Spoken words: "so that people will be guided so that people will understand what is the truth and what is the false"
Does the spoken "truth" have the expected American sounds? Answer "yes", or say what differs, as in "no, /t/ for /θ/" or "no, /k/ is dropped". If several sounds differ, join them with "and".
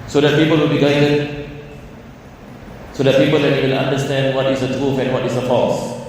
no, /f/ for /θ/